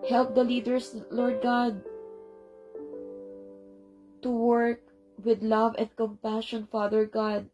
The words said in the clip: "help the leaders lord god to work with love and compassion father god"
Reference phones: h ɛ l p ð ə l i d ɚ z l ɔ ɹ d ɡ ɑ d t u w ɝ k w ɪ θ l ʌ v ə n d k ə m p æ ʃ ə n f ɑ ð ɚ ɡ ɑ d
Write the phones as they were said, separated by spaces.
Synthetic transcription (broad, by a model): h ɛ l p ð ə l i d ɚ s l ɔ ɹ d ɡ ɑ d t u w ɝ k w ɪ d l ʌ v ə n d k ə m p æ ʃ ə n f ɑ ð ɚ ɡ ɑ d